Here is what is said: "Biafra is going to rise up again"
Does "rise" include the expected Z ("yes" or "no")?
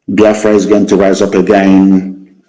yes